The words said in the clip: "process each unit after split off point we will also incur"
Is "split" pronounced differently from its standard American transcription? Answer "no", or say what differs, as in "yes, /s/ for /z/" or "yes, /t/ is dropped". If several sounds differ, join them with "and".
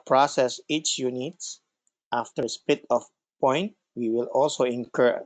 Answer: yes, /l/ is dropped